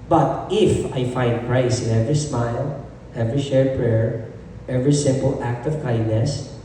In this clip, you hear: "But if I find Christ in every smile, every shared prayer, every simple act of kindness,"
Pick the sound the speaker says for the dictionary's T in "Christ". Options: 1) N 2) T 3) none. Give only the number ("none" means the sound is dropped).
3